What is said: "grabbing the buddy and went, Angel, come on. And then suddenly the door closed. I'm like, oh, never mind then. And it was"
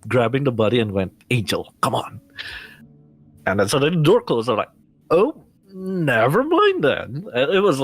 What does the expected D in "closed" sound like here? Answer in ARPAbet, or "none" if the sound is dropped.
none